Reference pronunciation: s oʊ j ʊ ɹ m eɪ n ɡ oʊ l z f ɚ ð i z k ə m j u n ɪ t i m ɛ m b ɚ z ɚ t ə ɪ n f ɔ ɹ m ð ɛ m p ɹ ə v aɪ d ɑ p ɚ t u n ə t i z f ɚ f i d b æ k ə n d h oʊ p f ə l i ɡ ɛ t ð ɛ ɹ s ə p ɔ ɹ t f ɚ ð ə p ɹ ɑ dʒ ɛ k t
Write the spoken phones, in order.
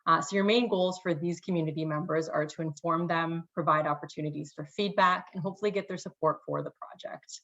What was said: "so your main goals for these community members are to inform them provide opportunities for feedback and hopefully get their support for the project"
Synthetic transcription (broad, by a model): s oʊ j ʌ ɹ m eɪ n ɡ oʊ l z f ɚ ð i z k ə m j u n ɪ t i m ɛ m b ɚ z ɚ t ə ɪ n f ɔ ɹ m ð ɛ m p ɹ ə v aɪ d ɑ p ɚ t u n ə t i z f ɚ f i d b æ k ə n h oʊ p f l i ɡ ɛ t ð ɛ ɹ s ə p ɔ ɹ t f ɚ ð ə p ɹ ɑ dʒ ɛ k t